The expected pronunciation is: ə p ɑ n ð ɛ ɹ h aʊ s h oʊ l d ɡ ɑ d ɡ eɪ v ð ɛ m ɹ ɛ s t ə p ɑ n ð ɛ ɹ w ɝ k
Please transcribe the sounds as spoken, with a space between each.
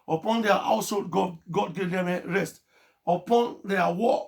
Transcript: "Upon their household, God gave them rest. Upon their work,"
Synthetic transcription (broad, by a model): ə p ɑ n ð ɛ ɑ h aʊ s h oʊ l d ɡ ɑ d ɡ eɪ v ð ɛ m ɹ ɛ s t ə p ɑ n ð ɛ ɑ w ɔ